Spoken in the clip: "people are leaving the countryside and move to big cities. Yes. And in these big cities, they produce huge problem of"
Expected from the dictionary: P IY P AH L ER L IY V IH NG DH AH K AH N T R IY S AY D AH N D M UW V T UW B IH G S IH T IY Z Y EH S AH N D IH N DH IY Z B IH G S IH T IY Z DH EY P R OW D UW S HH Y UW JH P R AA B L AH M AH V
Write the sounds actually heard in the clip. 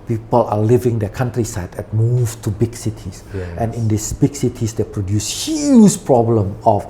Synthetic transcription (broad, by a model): P IY P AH L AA L IY V IH NG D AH K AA N T R IY S AY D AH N M UW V T UW B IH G S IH T IY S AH N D IH N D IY S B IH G S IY T IY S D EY P R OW D UW S HH Y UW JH P R AA B L AH M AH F